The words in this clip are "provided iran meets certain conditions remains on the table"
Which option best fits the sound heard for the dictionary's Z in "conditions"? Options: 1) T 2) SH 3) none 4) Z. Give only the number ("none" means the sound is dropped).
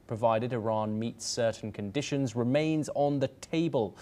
4